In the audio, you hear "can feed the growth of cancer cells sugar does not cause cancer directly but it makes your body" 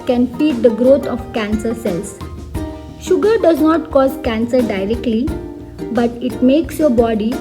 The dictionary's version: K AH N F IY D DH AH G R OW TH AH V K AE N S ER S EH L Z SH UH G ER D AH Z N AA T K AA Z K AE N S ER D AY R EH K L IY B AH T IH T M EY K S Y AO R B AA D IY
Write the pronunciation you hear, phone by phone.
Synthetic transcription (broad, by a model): K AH N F IY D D AH G R OW T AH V K AE N S ER S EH L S SH UH G ER D AH Z N AA T K AA Z K AE N S ER D AY R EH K L IY B AH T IH T M EY K S Y AO R B AA D IY